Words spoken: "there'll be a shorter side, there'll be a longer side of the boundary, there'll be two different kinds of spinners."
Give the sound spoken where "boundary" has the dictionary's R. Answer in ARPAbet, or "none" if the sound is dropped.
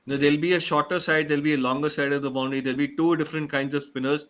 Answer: none